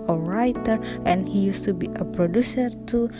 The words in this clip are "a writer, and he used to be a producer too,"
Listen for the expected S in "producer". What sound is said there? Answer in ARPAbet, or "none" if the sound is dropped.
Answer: S